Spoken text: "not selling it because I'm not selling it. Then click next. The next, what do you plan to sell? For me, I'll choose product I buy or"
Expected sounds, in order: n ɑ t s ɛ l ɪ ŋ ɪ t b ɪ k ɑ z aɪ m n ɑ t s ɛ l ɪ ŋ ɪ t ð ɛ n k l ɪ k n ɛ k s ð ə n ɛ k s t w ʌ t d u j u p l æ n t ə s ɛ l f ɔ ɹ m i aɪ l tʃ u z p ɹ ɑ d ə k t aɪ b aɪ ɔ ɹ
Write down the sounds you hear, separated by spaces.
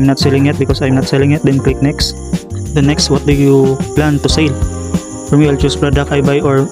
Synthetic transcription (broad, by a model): n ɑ t s ɛ l ɪ ŋ ɪ t b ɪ k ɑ s aɪ m n ɑ t s ɛ l ɪ ŋ ɪ t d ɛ n k l ɪ k n ɛ k s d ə n ɛ k s t w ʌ t d u j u p l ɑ n t ə s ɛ l f ɔ ɹ m i aɪ l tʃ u s p ɹ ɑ d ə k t aɪ b aɪ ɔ ɹ